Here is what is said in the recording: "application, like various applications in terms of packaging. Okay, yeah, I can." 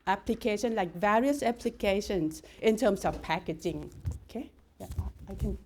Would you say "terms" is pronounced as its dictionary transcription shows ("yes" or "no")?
no